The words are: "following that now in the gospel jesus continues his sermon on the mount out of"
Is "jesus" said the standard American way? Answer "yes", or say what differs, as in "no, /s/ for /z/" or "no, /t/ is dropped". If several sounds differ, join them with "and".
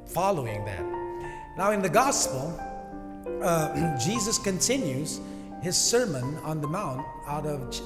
yes